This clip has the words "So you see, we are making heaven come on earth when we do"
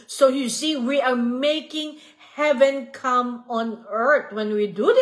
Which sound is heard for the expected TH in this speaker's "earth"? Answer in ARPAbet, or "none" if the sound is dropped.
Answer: T